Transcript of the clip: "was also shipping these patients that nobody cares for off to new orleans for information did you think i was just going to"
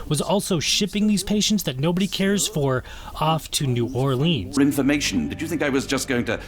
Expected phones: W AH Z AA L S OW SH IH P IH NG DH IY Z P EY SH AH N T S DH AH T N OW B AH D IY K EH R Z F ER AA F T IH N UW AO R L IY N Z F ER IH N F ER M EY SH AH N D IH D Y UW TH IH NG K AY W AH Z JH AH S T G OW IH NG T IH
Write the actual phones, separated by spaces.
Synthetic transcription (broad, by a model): W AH Z AA L S OW SH IH P IH NG DH IY Z P EY SH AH N T S DH AH T N OW B AH D IY K EH R Z F ER AA F T IH N UW AO R L IY N Z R IH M F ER M EY SH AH N D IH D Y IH TH IH NG K AY W AH Z JH AH S G OW IH NG T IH